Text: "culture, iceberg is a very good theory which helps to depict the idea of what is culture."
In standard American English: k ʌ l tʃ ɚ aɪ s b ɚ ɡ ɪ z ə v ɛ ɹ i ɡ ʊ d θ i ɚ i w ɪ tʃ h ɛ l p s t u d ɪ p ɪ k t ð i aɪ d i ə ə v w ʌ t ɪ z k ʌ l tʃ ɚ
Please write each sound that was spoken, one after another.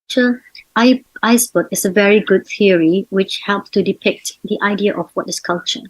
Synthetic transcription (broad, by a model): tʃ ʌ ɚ aɪ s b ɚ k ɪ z ə v ɛ ɹ i ɡ ʊ d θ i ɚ i w ɪ tʃ h ɛ l p s t u d ɪ p ɪ k t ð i aɪ d i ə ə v w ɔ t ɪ s k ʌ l tʃ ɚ